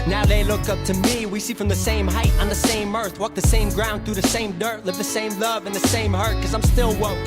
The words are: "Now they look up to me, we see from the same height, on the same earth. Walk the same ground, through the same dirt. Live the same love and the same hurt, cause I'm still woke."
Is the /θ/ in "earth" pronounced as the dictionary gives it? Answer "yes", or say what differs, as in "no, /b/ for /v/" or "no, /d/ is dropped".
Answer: yes